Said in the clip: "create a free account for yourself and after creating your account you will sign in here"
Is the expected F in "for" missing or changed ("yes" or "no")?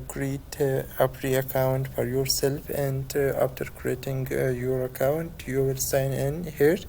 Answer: no